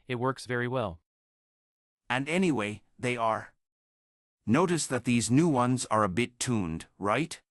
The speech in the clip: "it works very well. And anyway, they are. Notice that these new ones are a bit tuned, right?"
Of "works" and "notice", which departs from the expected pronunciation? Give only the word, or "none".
none